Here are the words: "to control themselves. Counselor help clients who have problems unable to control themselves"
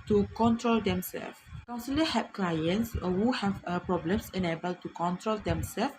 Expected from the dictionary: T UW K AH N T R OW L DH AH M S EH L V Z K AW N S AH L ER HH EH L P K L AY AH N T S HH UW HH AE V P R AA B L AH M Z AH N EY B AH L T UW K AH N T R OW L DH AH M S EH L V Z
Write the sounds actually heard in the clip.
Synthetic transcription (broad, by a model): T UW K AH N T R OW L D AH M S EH L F K AW N S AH L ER HH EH P K L AY AH N T S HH UW HH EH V P R AA B L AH M S AH N EY B AH L T UW K AH N T R OW L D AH M S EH L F